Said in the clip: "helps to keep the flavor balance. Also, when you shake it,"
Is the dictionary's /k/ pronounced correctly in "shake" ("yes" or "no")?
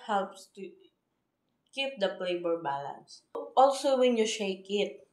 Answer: yes